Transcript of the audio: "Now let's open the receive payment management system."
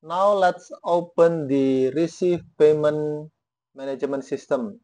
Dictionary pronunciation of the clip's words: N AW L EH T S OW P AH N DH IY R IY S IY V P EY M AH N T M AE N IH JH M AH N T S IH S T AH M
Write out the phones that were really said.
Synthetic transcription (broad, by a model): N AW L EH T S OW P AH N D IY R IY S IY F P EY M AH N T M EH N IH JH M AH N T S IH S T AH M